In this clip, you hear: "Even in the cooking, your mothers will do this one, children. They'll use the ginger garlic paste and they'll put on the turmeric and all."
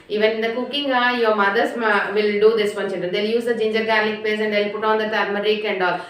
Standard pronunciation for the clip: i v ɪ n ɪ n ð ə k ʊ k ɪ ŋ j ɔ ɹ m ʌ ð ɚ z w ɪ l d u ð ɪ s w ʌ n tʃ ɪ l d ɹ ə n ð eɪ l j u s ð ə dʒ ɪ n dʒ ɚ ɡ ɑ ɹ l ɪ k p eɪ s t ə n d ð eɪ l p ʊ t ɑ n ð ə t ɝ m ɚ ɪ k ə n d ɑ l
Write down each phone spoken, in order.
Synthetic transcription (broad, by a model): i v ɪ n ɪ n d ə k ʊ k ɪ ŋ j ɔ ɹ m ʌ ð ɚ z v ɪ l d u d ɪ s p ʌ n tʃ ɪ n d ə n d eɪ l j u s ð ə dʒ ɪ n dʒ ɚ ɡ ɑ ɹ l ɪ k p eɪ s ə n d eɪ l p ʊ t ɑ n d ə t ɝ m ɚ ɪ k ə n d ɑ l